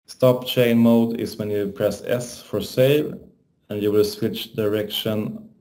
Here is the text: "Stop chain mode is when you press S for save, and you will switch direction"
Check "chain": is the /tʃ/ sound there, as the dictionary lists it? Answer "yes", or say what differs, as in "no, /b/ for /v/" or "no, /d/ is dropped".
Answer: yes